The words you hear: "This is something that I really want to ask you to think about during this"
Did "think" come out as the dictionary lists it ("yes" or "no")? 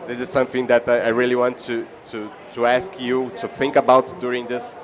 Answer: yes